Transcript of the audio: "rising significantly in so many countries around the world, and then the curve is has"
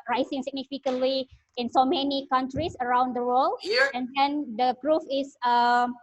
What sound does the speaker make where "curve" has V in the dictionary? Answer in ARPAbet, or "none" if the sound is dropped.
F